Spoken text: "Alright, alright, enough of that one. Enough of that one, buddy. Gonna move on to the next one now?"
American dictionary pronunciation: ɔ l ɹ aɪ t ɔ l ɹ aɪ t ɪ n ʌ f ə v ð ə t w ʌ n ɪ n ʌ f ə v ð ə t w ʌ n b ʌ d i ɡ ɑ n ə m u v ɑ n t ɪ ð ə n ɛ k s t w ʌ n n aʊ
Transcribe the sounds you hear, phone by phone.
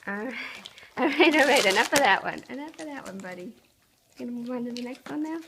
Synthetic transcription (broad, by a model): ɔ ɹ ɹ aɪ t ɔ ɹ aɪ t ɪ n ʌ f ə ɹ ð ə t w ʌ n ɪ n ʌ f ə ð ə t w ʌ n b ʌ d i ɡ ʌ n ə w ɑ ɪ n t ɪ ð ə n ɛ k s t w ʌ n n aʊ